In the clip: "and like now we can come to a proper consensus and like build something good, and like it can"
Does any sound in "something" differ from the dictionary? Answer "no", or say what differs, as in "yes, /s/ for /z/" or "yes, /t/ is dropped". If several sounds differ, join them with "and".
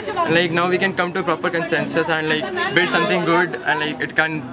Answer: yes, /t/ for /θ/